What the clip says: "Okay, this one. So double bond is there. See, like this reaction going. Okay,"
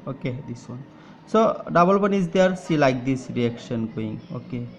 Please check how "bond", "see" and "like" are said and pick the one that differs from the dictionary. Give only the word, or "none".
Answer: bond